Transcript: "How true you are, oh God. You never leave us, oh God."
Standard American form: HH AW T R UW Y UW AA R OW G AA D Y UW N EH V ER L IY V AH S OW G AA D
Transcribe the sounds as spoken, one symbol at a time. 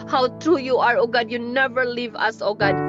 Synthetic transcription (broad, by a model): HH AW T R UW Y UW AA R OW G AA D Y UW N EH V ER L IY V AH S OW G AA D